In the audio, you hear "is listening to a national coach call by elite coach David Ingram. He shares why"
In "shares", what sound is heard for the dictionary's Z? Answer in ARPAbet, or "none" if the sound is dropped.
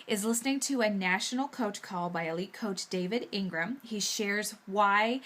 Z